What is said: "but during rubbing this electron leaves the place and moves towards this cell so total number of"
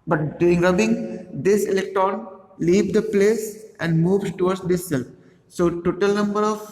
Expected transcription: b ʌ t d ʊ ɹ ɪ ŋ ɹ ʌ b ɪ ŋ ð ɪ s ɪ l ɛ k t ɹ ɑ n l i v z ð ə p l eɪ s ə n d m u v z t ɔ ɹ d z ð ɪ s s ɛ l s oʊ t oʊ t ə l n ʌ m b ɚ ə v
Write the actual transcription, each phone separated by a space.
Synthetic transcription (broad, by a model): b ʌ t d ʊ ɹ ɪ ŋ ɹ ʌ b ɪ ŋ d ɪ s ɪ l ɛ k t ɹ ɑ n l i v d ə p l eɪ s ə n d m u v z t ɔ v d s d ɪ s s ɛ l s oʊ t oʊ t ə l n ʌ m b ɚ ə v